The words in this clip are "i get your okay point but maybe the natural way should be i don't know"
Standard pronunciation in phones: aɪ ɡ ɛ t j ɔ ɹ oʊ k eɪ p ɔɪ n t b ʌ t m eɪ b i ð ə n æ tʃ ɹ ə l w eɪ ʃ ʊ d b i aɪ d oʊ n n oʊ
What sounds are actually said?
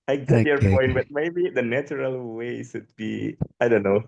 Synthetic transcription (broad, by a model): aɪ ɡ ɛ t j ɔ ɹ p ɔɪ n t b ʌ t m eɪ b i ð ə n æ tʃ ɹ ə l w eɪ s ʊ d b i aɪ d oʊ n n oʊ